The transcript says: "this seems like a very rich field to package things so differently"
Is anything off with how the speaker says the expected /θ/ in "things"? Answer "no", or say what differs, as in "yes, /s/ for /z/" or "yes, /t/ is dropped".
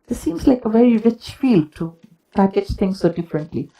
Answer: yes, /t/ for /θ/